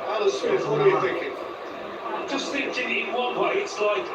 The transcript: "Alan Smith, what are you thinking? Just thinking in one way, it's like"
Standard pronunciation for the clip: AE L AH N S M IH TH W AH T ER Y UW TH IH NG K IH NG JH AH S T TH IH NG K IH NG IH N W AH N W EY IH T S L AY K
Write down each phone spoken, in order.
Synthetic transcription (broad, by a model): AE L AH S IH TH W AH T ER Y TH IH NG K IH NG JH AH S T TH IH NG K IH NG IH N W AH N W EY IH T S L AY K